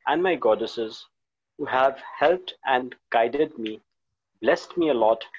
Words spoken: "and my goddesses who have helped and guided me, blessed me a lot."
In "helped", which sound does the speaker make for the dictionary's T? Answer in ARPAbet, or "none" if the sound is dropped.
T